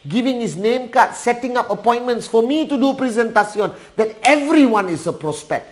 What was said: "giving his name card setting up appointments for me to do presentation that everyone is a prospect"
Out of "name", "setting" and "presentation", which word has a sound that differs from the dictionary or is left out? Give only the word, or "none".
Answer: presentation